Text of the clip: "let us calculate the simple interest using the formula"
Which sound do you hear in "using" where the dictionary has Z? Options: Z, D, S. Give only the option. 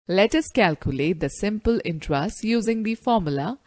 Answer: Z